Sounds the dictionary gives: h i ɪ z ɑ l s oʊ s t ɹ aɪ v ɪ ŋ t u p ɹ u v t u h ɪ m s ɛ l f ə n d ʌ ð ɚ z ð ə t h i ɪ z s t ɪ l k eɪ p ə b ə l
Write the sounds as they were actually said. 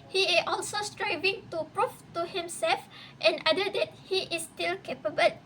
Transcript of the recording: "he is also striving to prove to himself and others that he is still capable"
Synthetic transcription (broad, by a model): h i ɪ s ɑ l s oʊ s t ɹ aɪ v ɪ ŋ t u p ɹ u f t u h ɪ m s ɛ l f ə n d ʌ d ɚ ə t h i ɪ s t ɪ l k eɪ p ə b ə l